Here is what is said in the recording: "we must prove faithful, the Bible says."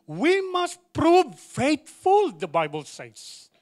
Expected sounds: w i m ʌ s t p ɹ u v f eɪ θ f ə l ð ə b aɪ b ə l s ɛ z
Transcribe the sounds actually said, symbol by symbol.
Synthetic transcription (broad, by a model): w i m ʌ s t p ɹ u v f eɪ t f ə l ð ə b aɪ b ə l s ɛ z